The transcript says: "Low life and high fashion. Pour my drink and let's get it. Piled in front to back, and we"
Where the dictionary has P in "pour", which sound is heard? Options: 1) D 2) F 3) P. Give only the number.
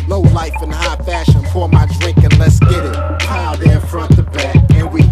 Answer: 2